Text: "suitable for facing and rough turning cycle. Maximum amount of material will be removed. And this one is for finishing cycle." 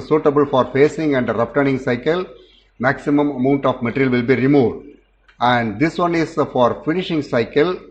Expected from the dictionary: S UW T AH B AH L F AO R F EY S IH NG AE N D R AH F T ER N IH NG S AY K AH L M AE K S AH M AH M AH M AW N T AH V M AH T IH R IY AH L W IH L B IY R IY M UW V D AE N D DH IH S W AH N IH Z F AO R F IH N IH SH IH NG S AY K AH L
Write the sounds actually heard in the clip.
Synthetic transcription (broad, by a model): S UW T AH B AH L F AO R F EY S IH NG AE N D R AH P T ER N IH NG S AY K AH L M AE K S AH M AH M AH M AW N T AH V M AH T R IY L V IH L B IY R IY M UW V D AE N D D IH S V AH N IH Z F AO R F IH N IH SH IH NG S AY K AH L